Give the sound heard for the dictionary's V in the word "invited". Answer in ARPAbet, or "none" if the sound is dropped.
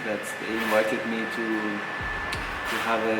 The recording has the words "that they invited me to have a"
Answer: V